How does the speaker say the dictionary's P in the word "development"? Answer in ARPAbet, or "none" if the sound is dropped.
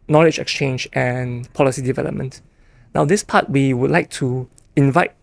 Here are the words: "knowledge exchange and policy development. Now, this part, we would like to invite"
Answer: P